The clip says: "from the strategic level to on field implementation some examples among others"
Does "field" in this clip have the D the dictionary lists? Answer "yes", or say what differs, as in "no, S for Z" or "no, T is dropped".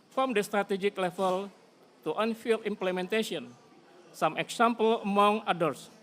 no, D is dropped